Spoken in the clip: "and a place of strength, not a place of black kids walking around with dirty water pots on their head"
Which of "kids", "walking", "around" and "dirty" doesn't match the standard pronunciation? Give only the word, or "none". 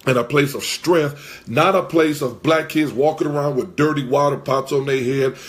none